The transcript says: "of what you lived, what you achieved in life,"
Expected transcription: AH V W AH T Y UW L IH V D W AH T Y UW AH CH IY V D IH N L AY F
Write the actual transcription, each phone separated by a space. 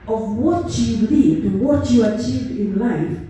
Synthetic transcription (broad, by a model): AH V W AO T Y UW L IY D W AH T Y UW AH CH IY V D IH N L AY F